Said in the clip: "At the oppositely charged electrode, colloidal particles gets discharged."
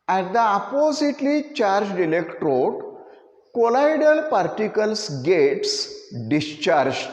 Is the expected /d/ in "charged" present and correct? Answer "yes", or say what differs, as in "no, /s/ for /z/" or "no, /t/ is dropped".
yes